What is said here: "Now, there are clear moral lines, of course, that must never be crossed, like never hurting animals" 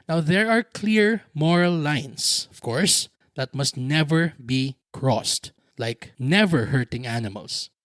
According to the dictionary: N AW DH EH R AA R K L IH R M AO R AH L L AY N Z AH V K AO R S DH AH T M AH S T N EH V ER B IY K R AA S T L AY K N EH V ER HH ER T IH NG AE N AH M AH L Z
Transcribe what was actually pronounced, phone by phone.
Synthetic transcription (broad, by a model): N AW DH EH R AA R K L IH R M AO R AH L L AY N S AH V K AO R S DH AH T M AH S T N EH V ER B IY K R AA S T L AY K N EH V ER HH ER T IH NG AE N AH M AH L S